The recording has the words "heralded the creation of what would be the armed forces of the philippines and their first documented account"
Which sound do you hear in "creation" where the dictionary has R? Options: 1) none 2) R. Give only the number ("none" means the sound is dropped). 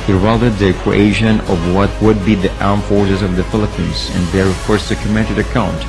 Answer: 1